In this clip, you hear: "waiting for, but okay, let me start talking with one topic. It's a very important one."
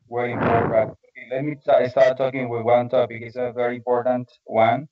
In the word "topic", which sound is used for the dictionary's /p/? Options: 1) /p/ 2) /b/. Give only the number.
2